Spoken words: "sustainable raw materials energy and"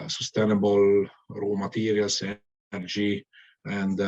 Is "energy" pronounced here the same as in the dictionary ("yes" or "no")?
no